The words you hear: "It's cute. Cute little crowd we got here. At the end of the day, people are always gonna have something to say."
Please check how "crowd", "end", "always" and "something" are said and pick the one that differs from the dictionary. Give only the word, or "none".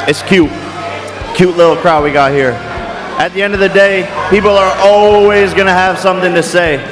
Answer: none